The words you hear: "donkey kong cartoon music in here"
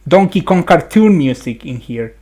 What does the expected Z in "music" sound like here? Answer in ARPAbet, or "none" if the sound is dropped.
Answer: S